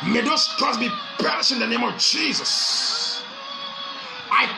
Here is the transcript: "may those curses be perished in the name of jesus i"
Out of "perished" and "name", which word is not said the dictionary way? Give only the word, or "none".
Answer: perished